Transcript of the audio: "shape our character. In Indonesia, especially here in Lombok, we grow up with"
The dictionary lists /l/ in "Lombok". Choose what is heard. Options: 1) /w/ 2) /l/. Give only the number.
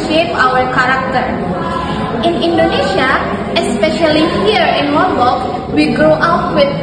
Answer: 1